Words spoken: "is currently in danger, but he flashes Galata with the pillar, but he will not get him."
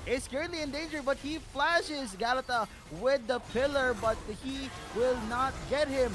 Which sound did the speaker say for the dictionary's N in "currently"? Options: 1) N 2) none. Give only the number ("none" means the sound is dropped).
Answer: 2